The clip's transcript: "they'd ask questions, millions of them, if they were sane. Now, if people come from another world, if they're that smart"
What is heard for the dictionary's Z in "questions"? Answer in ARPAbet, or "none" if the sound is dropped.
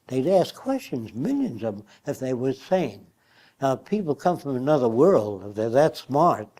Z